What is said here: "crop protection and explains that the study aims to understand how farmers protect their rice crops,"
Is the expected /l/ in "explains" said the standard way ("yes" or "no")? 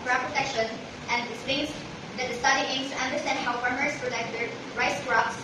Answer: no